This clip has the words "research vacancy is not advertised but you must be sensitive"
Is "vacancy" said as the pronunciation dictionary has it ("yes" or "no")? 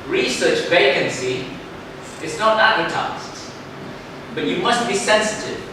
yes